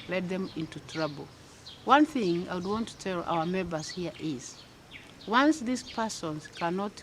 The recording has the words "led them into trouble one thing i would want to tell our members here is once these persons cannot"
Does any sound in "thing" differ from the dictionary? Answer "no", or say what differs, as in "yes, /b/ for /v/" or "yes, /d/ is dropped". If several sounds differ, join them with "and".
no